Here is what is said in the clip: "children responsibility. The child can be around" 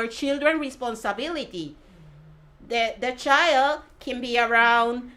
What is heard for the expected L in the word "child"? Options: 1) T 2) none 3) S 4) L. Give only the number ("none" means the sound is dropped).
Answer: 4